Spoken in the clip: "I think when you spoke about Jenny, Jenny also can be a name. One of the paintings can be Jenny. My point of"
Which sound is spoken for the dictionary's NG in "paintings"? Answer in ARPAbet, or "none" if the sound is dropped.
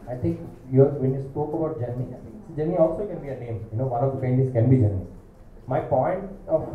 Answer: none